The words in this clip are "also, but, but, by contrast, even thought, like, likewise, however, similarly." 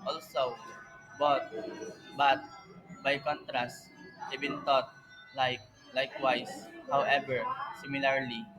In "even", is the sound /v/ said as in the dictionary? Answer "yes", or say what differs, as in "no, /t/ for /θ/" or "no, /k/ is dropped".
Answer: no, /b/ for /v/